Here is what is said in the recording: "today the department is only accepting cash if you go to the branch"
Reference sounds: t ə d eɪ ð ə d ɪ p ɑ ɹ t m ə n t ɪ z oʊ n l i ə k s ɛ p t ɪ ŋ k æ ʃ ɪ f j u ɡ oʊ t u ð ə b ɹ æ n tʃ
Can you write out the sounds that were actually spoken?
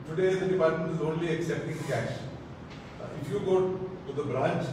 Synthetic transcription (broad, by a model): t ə d eɪ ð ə d ɪ p ɑ ɹ t m ə n t ɪ z oʊ n l i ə k s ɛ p t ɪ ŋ k æ ʃ ɪ f j u ɡ oʊ t u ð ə b ɹ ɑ n tʃ